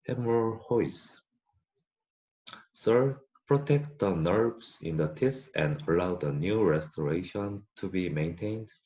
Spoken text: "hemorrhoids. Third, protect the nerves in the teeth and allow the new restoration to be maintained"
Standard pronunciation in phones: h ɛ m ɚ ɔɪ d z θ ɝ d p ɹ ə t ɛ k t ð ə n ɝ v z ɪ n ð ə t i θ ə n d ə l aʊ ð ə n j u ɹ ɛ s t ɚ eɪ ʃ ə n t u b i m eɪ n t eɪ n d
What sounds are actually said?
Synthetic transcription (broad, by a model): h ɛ m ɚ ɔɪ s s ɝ p ɹ ə t ɛ k t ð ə n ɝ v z ɪ n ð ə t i s ə n d ə l aʊ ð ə n j u ɹ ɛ s t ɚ eɪ ʃ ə n t u b i m eɪ n t eɪ n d